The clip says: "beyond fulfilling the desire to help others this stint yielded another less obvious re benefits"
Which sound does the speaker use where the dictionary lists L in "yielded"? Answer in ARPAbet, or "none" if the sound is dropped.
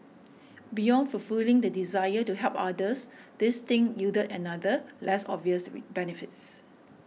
none